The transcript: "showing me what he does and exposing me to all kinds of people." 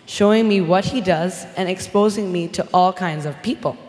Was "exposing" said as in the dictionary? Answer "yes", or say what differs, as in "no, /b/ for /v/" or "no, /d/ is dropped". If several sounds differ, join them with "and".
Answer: yes